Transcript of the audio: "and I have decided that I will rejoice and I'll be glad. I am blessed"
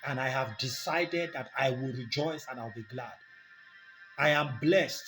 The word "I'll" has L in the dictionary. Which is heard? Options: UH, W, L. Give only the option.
L